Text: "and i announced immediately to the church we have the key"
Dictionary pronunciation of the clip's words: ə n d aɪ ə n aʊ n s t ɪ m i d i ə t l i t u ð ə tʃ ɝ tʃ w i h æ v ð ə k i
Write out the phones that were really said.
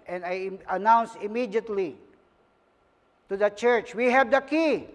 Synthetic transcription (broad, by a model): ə n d aɪ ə n aʊ n s ɪ m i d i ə t l i t u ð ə tʃ ɝ tʃ w i h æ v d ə k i